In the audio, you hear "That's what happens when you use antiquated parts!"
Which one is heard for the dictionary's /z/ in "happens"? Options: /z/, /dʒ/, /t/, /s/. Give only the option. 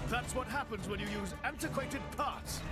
/z/